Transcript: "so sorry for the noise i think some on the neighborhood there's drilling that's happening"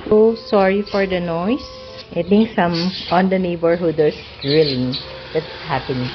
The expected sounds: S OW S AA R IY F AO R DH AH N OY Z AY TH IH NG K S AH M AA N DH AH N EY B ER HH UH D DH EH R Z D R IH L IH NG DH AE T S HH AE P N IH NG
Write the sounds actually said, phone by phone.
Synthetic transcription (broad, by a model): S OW S AA R IY F AO R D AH N OY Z AY T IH NG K S AH M AA N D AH N EY B ER HH UH D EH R S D R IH L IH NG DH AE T S HH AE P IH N